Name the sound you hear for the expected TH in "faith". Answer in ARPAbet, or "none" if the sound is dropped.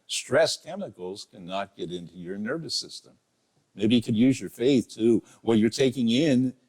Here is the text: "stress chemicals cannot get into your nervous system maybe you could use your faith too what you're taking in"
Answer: TH